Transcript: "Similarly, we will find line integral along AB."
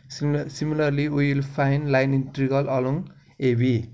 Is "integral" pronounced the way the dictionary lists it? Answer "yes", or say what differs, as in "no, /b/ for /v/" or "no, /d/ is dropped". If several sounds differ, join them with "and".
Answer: no, /ɹ/ is dropped